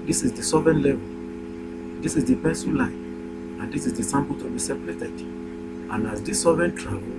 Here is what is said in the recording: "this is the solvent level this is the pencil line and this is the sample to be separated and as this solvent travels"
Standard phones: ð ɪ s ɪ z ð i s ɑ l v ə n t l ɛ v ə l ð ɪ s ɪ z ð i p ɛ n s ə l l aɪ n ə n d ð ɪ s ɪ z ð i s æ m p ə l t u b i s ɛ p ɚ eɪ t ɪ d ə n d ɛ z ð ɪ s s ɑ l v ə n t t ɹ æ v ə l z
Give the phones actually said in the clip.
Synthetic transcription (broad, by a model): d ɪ s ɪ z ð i s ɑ v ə n l ɛ v ə l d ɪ s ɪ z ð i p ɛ s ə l l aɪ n ə n d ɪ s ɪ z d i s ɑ m p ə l t u b i s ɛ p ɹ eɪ t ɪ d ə n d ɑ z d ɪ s s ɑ v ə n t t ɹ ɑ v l